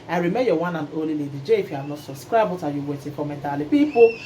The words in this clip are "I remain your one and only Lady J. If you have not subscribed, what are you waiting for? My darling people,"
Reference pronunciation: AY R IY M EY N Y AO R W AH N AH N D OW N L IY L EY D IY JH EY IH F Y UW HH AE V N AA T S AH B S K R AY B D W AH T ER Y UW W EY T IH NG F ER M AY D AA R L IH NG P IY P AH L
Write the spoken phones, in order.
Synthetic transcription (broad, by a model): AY R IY M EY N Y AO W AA N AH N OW L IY L EY D IY JH EY IH F Y UW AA N AA T S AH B S K R AY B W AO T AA Y UW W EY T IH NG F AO M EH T AA L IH P IY P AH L